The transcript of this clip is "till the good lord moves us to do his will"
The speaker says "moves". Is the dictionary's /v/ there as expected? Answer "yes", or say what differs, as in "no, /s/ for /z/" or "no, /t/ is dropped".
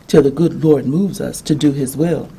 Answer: yes